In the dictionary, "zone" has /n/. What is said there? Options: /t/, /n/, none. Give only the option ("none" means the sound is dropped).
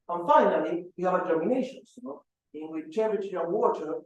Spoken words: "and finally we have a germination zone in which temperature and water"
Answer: none